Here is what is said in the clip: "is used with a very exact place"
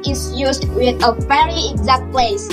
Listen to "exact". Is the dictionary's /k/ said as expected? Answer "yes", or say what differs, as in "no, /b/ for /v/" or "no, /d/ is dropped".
yes